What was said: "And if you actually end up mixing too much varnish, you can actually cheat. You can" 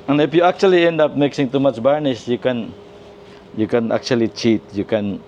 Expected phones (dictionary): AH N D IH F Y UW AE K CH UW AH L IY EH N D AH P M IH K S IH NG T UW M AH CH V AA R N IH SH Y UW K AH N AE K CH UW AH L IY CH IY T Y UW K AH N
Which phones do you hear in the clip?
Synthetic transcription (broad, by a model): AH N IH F Y UW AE K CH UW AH L IY EH N D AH P M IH K S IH NG T UW M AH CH B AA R N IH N Y UW K AH N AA K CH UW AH L IY CH IY T Y UW K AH N